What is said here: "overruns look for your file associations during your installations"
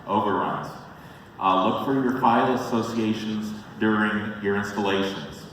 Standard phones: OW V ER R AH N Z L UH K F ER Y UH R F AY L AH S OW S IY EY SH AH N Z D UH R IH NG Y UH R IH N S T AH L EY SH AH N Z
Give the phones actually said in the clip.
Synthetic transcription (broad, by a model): OW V ER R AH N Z L UH K F ER Y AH R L AY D AH S OW S IY EY SH AH N Z D UH R IH NG Y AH R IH N S T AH L EY SH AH N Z